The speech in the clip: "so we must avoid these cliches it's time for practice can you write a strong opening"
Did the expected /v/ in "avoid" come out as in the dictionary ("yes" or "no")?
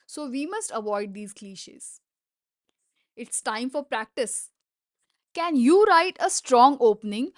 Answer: yes